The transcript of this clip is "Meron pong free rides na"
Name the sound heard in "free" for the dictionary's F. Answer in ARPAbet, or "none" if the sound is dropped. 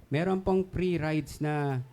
P